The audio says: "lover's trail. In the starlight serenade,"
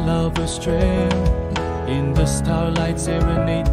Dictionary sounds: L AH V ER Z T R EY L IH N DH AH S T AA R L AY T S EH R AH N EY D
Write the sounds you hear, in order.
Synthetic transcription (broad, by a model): L AH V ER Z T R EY N IH N DH AH S T AA R L AY T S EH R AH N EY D